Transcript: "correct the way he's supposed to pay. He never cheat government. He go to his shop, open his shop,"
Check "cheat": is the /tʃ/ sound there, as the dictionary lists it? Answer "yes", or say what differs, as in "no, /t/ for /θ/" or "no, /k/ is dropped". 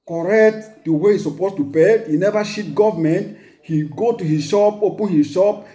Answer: no, /ʃ/ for /tʃ/